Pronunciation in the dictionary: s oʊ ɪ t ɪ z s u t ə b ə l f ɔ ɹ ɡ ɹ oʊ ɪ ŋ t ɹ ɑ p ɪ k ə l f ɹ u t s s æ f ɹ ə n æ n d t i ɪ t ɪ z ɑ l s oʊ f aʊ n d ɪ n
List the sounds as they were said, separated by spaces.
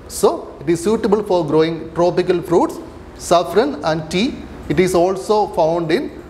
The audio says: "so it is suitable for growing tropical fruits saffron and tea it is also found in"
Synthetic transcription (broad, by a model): s oʊ ɪ t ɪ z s u t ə b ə l f ɔ ɹ ɡ ɹ oʊ ɪ ŋ t ɹ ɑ p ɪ k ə l f ɹ u t s s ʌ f ɹ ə n æ n d t i ɪ t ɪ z ɑ l s oʊ f aʊ n d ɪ n